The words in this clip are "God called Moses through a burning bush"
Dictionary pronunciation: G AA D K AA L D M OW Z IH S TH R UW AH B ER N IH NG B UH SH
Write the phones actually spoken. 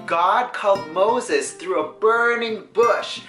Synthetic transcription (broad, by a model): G AA D K AA L D M OW Z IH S TH R UW AH B ER N IH NG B UH SH